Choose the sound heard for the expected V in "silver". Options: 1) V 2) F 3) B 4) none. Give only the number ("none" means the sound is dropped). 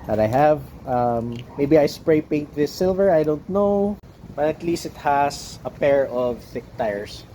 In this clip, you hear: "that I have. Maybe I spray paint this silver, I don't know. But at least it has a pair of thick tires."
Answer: 1